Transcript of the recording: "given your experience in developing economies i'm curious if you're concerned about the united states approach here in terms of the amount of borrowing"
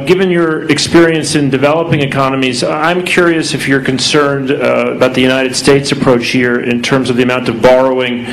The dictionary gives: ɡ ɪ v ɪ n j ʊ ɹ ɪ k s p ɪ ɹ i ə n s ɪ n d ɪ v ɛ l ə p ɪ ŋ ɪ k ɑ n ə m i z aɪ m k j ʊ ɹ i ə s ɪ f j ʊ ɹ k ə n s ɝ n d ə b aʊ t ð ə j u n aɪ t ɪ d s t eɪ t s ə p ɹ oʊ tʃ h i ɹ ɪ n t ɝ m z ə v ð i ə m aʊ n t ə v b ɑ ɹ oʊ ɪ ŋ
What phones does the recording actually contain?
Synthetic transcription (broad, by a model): ɡ ɪ v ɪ n j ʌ ɹ ɪ k s p ɪ ɹ i ə n s ɪ n d ɪ v ɛ l ə p ɪ ŋ ɪ k ɑ n ə m i z aɪ m k j ʊ ɹ i ə s ɪ f j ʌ ɹ k ə n s ɝ n d ə b aʊ t ð ə j u n aɪ t ɪ d s t eɪ t s ə p ɹ oʊ tʃ h i ɹ ɪ n t ɝ m z ə v ð i ə m aʊ n t ə v b ɑ ɹ oʊ ɪ ŋ